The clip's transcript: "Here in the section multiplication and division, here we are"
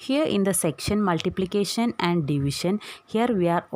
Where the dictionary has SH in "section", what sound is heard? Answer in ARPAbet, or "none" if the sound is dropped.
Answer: SH